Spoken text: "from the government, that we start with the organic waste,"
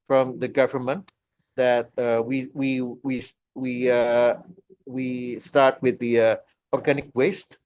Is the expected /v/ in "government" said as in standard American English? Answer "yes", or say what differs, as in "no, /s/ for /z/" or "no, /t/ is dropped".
yes